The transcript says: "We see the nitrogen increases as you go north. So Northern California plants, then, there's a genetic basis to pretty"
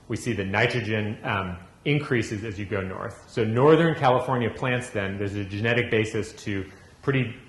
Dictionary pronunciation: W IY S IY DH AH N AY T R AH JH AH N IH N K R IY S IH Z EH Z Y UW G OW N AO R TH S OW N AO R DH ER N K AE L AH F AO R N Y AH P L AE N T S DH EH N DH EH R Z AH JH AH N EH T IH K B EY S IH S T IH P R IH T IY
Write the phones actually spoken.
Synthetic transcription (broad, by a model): W IY S IY DH AH N AY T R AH JH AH N IH N K R IY S IH Z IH Z Y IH G OW N AO R TH S OW N AO R DH ER N K AE L AH F AO R N Y AH P L AE N T S DH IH N DH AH R Z AH JH AH N EH T IH K B EY S IH S T IH P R IH T IY